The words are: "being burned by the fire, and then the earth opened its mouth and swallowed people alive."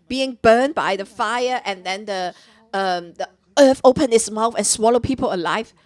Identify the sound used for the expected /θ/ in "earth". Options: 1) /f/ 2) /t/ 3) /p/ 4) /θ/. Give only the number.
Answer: 1